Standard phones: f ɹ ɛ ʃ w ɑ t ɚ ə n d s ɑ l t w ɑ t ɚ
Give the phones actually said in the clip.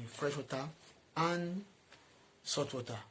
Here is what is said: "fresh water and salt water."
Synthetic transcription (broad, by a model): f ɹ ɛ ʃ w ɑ t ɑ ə n s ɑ t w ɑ t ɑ